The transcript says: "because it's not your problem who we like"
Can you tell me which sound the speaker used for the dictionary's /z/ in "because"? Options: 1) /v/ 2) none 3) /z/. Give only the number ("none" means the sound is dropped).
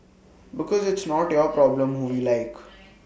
3